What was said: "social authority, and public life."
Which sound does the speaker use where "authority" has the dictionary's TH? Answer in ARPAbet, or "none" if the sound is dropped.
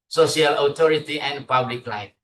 T